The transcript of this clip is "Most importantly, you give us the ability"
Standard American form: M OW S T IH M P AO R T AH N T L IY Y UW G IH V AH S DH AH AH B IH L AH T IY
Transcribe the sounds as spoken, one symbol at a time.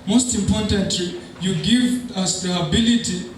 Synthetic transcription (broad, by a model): M OW S T IH M P AO R T AH N T L IY Y UW G IH V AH S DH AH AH B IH L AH T IY